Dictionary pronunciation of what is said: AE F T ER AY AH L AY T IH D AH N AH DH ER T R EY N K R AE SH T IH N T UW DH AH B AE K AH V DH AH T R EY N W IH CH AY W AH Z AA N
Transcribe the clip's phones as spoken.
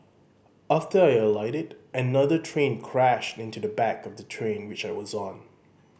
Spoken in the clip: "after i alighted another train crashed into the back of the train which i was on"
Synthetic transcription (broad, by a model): AE F T ER AY AH L AY T IH D AH N AH DH ER T R EY N K R AE SH T IH N T UW DH AH B AE K AH V DH AH T R EY N W IH CH AY W AH Z N